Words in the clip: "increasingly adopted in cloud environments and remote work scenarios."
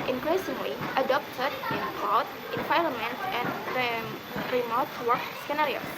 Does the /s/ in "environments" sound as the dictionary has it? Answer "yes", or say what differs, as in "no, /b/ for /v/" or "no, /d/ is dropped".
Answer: no, /s/ is dropped